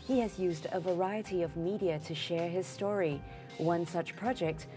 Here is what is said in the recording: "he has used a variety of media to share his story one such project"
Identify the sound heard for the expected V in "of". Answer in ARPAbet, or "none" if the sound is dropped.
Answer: V